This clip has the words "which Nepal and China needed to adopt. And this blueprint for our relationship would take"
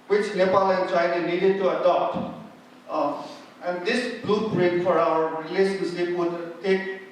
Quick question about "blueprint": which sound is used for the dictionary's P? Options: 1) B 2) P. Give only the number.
1